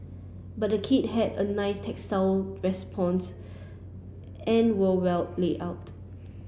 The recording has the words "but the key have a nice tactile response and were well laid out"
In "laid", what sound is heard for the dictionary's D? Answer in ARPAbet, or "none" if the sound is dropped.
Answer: none